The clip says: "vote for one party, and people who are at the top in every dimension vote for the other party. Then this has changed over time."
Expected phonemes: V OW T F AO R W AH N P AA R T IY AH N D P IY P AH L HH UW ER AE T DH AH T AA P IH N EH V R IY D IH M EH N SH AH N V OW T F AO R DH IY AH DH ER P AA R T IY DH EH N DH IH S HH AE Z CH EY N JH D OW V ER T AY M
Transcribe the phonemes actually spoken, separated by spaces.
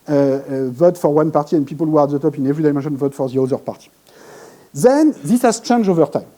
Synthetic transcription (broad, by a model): V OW T F AO R W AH N P AA R T IY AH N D P IY P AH L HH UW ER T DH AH T AA P IH N EH V R IY D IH M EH N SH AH N V OW T F AO R DH IY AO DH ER P AA R T IY DH EH N DH IH S HH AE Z CH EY N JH OW V ER T AY M